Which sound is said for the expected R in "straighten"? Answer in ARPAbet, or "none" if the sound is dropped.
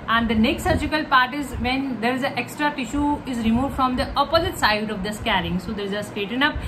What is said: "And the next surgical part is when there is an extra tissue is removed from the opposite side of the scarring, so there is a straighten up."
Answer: none